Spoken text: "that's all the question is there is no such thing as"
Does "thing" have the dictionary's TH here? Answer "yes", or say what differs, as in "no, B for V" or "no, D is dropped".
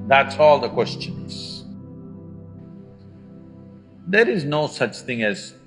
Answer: yes